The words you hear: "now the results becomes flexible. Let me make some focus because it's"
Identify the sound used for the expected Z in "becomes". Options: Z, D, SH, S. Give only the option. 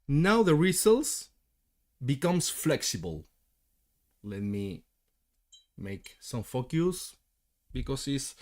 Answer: S